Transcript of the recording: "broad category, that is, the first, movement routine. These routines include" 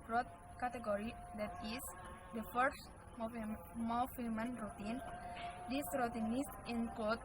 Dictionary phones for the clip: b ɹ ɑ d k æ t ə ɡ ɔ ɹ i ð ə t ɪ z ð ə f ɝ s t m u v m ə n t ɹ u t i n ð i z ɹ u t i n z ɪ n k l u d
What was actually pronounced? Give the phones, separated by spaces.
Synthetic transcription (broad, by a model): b ɹ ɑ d k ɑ t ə ɡ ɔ ɹ i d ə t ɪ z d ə f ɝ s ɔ m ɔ f m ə n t ɹ u t i n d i s ɹ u t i n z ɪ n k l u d